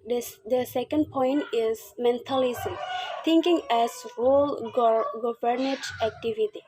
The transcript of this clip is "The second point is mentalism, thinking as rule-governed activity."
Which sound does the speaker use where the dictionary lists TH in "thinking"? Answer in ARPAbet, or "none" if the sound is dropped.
T